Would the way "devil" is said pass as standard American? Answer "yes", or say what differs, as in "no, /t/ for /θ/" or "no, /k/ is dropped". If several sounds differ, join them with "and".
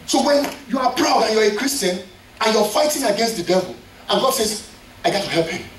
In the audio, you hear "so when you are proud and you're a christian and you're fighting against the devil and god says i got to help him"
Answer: yes